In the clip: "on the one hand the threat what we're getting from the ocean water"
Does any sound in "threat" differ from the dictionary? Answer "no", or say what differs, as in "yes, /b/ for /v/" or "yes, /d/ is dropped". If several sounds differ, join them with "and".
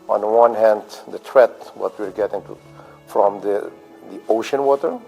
yes, /t/ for /θ/